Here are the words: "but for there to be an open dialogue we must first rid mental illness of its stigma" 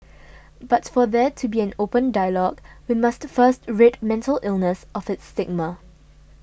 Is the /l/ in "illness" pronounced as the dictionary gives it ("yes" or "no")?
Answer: yes